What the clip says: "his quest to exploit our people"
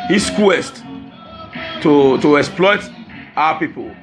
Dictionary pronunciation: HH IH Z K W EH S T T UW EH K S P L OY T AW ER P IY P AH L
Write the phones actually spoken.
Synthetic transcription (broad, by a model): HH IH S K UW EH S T T UW EH K S P L OY T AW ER P IY P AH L